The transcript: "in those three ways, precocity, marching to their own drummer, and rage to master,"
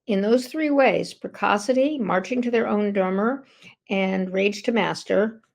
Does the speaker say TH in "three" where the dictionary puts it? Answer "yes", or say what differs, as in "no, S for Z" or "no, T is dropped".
yes